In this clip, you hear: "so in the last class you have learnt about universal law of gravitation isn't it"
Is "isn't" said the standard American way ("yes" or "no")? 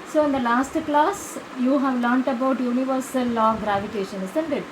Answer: no